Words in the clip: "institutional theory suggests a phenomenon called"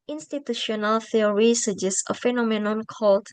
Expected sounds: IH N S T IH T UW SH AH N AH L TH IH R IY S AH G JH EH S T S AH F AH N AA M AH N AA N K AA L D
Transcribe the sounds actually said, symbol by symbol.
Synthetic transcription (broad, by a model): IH N S T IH T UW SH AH N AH L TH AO R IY S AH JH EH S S AH F AH N AA M AH N AA N K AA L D